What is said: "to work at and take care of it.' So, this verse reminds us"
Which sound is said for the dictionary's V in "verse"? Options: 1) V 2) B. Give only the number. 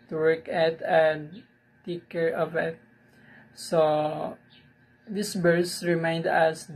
2